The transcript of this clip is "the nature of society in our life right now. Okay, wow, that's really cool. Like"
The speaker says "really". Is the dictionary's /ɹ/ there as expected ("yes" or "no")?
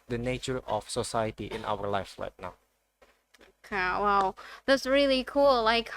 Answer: yes